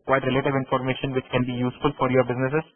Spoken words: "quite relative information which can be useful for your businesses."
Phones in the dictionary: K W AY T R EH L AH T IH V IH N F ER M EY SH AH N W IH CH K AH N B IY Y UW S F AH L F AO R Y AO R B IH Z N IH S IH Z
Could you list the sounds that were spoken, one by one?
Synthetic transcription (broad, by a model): K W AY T R EH L AH T IH V IH N F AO M EY SH AH N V IH CH K AH N B IY Y UW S F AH L F AO R Y AO R B IH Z N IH S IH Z